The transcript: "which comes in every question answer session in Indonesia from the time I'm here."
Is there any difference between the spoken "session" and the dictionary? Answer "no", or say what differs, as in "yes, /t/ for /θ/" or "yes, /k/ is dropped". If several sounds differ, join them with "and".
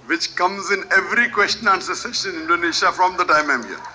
yes, /s/ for /ʃ/